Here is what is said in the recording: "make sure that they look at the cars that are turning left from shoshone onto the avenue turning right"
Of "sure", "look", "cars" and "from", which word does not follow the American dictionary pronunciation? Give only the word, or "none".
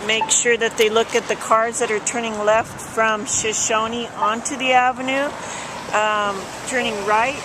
none